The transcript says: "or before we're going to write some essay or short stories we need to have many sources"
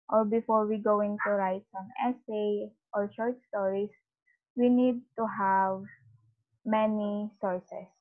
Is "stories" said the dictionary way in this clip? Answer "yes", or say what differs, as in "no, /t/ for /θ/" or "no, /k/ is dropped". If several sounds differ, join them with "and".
no, /s/ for /z/